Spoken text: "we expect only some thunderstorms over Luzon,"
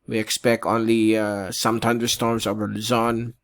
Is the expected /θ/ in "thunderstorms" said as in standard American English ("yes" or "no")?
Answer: no